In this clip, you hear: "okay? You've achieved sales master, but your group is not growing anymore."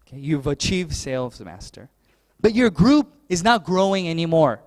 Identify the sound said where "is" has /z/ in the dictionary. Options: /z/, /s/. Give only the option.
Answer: /z/